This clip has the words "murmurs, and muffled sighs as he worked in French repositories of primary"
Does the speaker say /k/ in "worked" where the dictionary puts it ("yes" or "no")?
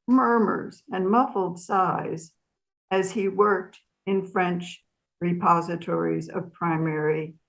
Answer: yes